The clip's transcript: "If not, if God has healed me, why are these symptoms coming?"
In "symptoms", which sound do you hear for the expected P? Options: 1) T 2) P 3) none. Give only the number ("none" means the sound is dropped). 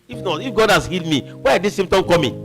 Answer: 3